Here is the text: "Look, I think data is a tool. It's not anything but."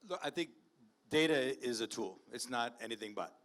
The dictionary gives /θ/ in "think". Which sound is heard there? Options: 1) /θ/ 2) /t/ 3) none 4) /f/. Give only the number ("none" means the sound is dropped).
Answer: 1